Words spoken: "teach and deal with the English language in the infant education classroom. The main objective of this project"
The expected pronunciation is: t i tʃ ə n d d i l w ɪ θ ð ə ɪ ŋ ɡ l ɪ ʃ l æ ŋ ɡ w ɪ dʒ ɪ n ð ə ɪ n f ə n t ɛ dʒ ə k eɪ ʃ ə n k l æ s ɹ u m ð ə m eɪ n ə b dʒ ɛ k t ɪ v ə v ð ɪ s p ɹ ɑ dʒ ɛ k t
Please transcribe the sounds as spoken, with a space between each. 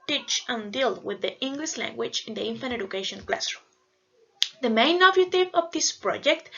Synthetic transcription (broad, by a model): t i tʃ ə n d d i l w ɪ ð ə ɪ ŋ ɡ l ɪ ʃ l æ ŋ ɡ w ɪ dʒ ɪ n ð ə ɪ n f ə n ɛ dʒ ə k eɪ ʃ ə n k l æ s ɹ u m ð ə m eɪ n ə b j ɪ t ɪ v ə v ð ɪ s p ɹ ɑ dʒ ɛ k t